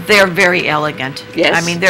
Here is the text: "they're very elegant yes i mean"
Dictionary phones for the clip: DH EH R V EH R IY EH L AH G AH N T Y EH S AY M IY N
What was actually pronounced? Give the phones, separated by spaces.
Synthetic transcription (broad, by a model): DH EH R V EH R IY EH L AH G AH N T Y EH AY M IY N